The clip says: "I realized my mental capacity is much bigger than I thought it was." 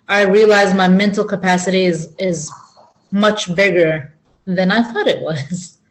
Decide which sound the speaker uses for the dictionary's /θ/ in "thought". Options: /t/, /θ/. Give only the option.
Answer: /θ/